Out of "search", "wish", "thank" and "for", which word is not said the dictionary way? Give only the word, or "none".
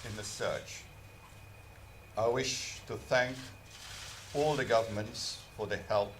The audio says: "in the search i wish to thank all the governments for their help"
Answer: none